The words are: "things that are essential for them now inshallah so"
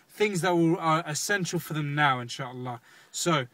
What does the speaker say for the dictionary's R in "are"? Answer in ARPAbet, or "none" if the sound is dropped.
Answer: L